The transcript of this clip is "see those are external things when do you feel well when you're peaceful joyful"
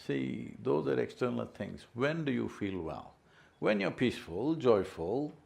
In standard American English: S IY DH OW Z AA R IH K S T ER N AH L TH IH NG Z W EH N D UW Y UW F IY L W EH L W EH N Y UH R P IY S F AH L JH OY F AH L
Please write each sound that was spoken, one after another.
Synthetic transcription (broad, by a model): S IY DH OW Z AA R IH K S T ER N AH L T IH NG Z W EH N D UW Y UW F IY L W EH L W EH N Y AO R P IY S F AH L JH OY F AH L